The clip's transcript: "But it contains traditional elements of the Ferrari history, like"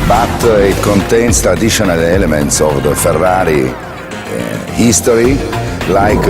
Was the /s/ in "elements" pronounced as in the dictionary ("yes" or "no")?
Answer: yes